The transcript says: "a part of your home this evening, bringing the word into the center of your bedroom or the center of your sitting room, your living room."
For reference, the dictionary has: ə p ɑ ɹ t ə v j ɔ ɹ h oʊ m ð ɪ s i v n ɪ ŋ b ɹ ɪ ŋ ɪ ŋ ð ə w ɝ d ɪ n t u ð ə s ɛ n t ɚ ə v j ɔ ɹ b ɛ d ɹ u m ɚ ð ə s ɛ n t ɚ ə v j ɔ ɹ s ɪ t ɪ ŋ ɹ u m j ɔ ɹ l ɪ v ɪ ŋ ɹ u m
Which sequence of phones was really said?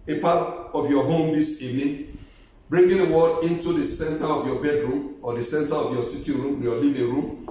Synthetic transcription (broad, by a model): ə p ɑ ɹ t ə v j ɔ h oʊ m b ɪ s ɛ n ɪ b ɹ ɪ ŋ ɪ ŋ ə w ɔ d ɪ n t u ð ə s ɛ n t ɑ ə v j ɔ b ɛ d ɹ u m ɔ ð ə s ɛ n t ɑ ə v j ɔ s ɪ t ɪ ɹ u m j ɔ l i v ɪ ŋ ɹ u m